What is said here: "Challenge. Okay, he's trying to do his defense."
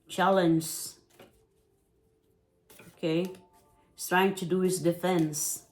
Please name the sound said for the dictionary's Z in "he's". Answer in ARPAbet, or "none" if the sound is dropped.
S